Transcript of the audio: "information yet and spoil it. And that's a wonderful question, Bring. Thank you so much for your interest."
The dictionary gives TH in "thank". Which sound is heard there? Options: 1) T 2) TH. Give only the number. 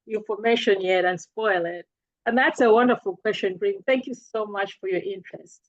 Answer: 2